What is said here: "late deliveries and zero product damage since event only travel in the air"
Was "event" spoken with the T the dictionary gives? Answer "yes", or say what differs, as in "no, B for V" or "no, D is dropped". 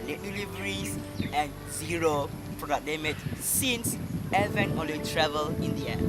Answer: no, T is dropped